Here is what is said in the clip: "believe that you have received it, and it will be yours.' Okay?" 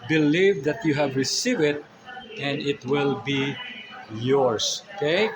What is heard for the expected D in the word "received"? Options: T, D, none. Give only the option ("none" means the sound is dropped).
none